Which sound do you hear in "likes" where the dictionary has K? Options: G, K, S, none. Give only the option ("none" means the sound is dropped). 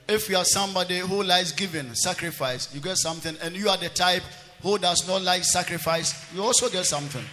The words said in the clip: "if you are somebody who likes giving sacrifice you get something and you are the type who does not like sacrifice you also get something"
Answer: none